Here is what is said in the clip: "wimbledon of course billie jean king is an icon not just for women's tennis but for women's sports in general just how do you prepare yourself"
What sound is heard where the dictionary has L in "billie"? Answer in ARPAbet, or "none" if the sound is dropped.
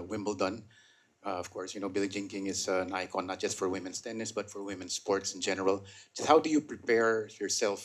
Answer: L